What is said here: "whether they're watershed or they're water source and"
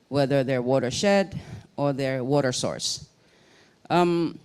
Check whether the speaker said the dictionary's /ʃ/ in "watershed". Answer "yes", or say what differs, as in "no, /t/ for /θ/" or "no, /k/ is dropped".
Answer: yes